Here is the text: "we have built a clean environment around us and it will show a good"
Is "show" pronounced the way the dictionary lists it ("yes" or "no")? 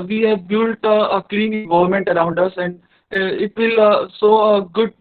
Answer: no